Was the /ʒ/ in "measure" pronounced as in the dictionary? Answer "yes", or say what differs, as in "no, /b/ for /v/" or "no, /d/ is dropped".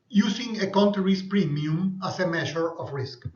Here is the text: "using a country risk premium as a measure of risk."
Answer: no, /ʃ/ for /ʒ/